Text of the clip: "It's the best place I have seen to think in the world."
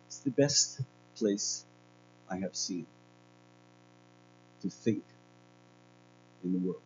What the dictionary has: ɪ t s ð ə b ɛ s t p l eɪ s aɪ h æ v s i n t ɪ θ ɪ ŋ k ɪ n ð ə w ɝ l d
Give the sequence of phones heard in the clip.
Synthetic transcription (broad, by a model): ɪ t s ð ə b ɛ s t p l eɪ s aɪ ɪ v s i n t ɪ θ ɪ ŋ k ɪ n ð ə w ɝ l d